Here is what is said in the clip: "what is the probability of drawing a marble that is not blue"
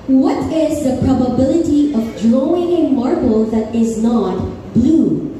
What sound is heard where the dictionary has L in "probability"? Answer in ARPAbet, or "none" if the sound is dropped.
L